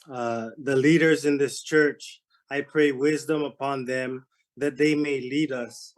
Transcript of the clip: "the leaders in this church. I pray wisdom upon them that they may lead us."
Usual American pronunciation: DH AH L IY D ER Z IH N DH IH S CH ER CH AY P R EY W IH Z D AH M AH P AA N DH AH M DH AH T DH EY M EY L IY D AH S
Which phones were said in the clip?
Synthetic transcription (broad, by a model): DH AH L IY D ER Z IH N DH IH S CH ER CH AY P R EY W IH Z D AH M AH P AA N DH AH M DH AH T DH EY M EY L IY D AH S